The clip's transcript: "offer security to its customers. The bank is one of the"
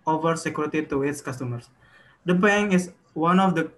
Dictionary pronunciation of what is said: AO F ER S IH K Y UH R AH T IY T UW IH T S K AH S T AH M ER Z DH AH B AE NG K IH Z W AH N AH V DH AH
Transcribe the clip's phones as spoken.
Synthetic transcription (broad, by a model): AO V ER S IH K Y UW R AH T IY T UW IH T S K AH S T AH M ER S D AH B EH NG IH S W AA N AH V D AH